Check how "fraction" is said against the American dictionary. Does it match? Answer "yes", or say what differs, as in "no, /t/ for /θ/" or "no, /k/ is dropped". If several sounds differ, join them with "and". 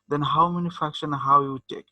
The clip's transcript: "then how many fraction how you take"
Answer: no, /ɹ/ is dropped